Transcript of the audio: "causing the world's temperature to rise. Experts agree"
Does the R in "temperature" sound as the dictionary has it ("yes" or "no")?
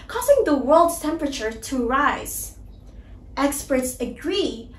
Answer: yes